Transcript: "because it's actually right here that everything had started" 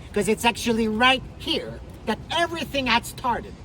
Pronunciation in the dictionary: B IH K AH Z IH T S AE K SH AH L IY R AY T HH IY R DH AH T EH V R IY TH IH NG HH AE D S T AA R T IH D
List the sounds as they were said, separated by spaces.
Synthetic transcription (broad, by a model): K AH Z IH T S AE K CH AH L IY R AY T HH IY R DH AH T EH V R IY TH IH NG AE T S T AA R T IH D